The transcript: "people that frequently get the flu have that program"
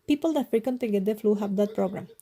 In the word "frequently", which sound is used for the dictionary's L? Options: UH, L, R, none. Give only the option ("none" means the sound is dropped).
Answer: none